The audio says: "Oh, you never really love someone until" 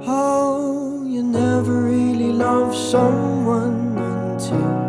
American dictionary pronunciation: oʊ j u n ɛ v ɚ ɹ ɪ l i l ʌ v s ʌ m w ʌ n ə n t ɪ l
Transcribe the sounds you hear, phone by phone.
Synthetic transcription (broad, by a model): oʊ j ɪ n ɛ v ɚ ɹ ɪ l i l ʌ v s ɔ w ʌ n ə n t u